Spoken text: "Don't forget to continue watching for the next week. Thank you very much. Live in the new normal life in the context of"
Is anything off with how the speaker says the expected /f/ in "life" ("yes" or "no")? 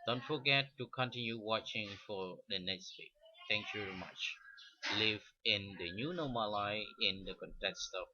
yes